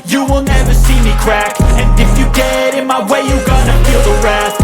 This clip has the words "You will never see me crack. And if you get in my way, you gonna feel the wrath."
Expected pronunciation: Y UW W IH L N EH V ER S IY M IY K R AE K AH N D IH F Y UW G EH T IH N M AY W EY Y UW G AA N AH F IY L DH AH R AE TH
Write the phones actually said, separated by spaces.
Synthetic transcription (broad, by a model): Y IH W IH L N EH V ER S IY M IY K R AE K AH N IH F Y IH G EH T IH N M AY W EY Y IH G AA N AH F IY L DH AH R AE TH